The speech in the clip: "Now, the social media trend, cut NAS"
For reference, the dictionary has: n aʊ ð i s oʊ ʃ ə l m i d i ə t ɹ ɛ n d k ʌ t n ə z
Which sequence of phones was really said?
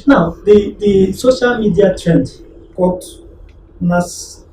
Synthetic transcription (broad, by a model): n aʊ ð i s oʊ ʃ ə l m i d i ə t ɹ ɛ n d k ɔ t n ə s